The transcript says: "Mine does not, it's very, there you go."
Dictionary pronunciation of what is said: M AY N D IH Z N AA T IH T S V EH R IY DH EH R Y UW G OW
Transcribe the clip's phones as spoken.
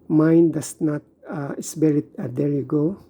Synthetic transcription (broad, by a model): M AY N D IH S N AA T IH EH S B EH R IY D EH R Y UW G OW